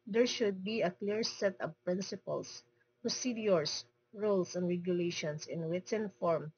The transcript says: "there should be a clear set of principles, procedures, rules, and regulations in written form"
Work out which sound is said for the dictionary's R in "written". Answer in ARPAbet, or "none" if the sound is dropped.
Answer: W